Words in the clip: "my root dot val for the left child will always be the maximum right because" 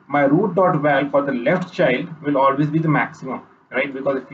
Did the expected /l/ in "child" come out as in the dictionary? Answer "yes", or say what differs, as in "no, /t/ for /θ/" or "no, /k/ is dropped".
yes